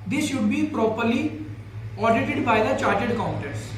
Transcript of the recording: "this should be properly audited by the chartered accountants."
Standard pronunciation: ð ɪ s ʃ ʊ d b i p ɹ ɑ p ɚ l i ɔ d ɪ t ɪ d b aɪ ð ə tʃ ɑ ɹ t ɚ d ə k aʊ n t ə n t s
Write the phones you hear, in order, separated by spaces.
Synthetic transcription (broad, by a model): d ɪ s ʃ ʊ d b i p ɹ ɑ p ɚ l i ɔ d ɪ t ɪ d b aɪ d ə tʃ ɑ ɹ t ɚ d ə k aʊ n t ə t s